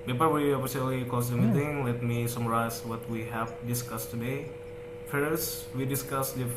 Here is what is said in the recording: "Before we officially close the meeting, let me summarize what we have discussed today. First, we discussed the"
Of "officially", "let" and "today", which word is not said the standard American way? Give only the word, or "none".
officially